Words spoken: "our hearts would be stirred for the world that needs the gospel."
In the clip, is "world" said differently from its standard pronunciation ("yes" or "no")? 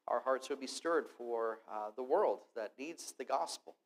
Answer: no